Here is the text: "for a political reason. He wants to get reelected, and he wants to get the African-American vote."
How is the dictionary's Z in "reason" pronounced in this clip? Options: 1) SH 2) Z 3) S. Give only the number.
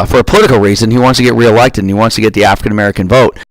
2